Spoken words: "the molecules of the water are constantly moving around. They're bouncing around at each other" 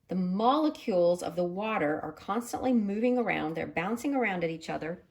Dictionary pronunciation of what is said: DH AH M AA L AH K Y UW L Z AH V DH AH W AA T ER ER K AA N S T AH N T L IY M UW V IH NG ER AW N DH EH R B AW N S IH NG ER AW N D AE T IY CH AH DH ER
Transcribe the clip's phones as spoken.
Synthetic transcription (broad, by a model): DH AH M AA L AH K Y UW L Z AH V DH AH W AA T ER ER K AA N S T AH N T L IY M UW V IH NG ER AW N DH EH R B AW N S IH NG ER AW N D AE T IY CH AH DH ER